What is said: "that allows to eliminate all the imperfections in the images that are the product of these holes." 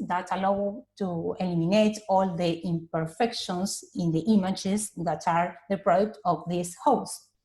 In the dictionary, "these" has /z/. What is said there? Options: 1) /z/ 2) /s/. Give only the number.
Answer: 2